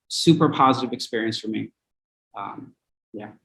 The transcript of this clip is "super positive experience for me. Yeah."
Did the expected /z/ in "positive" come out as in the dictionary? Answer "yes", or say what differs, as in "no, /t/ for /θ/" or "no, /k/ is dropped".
yes